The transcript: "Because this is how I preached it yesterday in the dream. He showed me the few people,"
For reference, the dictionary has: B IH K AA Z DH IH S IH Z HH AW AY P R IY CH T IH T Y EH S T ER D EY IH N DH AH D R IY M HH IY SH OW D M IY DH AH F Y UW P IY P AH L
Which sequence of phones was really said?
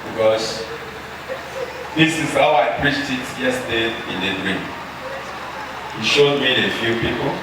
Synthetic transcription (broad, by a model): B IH K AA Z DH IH S IH Z HH AW AY P R IY CH T IH T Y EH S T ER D IH N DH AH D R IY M HH IY SH OW D M IY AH F Y UW P IY P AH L